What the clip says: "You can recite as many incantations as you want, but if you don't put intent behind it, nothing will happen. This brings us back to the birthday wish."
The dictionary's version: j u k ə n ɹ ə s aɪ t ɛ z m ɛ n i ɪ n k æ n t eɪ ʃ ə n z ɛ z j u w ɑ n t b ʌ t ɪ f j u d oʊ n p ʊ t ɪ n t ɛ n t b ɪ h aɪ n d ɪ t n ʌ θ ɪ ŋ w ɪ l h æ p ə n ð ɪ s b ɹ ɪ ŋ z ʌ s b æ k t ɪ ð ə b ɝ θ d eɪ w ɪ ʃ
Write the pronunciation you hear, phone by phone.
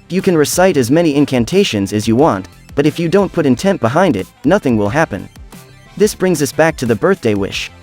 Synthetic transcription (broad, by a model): j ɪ k ə n ɹ ə s aɪ t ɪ z m ɛ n i ɪ n k æ n t eɪ ʃ ə n z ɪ z j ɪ w ɑ n t b ʌ t ɪ f j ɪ d oʊ n p ʊ t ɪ n t ɛ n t b ɪ h aɪ n d ɪ t n ʌ θ ɪ ŋ w ɪ l h æ p ə n ð ɪ s b ɹ ɪ ŋ z ʌ s b æ k t ɪ ð ə b ɝ θ d eɪ w ɪ ʃ